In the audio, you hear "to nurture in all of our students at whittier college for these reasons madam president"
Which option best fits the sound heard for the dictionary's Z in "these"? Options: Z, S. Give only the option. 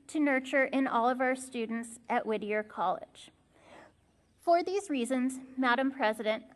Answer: Z